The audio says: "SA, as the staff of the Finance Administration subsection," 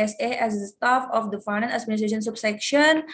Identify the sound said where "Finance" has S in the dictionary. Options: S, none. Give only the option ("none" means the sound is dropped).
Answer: none